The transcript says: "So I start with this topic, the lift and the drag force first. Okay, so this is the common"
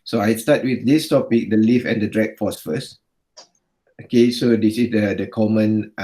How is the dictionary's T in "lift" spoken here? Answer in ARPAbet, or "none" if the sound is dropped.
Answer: none